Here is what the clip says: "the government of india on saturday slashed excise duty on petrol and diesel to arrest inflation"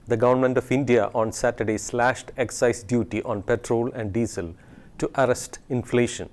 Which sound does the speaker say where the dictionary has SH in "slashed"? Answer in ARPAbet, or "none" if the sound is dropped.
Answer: SH